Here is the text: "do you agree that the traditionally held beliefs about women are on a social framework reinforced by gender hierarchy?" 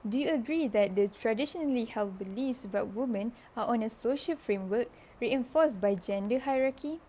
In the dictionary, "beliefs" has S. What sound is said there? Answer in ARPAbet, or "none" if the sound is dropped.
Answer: S